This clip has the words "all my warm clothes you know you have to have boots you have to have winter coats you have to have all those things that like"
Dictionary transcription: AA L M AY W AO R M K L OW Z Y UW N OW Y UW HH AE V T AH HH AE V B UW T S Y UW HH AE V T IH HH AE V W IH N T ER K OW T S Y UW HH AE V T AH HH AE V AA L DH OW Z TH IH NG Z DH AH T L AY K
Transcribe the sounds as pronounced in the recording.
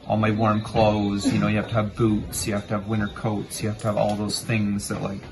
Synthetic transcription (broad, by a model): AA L M AY W AO R M K L OW Z Y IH N OW Y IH HH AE F T AH V B UW T S Y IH HH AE F T IH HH V W IH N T ER K OW T S Y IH HH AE F T AH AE V AA L DH OW Z TH IH NG Z DH AH T L AY K